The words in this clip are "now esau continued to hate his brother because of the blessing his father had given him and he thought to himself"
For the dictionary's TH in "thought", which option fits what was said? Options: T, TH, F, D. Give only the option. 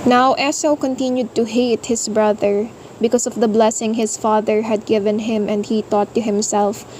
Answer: T